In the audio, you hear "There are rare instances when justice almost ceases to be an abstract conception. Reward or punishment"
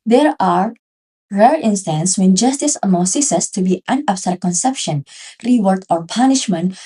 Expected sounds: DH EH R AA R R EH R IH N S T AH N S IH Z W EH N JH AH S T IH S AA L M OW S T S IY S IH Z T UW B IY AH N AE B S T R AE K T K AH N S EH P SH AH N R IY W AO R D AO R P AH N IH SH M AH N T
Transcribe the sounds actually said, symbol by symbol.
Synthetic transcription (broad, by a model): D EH R AA R R EH R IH N S T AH N S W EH N JH AH S T IH S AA M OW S S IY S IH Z T UW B IY AH N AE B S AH T K AH N S EH P SH AH N R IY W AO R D AO R P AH N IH SH M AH N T